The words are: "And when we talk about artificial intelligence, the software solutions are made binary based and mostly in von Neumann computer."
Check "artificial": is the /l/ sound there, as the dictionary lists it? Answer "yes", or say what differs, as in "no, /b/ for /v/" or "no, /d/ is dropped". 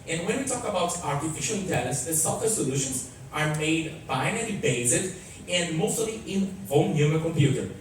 yes